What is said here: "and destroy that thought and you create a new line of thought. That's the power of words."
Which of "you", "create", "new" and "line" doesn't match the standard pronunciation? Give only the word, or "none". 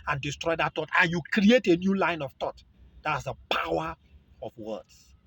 none